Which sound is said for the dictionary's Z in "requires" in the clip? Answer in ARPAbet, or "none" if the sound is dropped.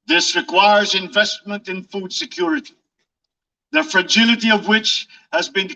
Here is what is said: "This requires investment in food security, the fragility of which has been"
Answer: Z